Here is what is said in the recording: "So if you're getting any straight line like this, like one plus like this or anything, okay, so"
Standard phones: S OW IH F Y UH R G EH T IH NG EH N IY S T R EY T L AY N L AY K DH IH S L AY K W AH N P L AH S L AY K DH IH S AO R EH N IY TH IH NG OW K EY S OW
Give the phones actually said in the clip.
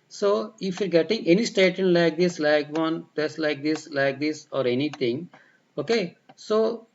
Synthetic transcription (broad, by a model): S OW IH F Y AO R G EH T IH NG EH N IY S T EY T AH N L AY K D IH S L AY K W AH N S L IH S L AY K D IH S AO R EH N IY T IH NG OW K EY S OW